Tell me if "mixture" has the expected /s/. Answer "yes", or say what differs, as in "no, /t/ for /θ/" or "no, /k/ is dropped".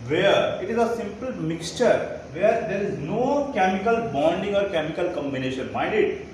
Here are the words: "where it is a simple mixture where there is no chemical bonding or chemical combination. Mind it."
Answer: yes